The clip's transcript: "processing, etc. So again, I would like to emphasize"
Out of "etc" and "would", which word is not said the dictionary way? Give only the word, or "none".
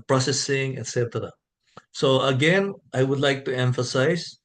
none